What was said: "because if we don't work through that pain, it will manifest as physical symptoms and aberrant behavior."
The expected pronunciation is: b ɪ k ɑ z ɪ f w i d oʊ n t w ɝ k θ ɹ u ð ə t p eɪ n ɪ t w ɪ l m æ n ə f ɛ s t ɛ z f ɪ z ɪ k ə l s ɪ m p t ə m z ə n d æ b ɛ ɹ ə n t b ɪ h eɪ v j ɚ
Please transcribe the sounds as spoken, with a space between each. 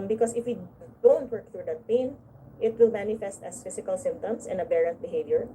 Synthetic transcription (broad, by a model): b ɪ k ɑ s ɪ f w i d oʊ n t w ɝ k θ ɹ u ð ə t p eɪ n ɪ t w ɪ l m æ n ə f ɛ s t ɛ s f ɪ s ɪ k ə l s ɪ m p t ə m s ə n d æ b ɛ ɹ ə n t b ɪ h eɪ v j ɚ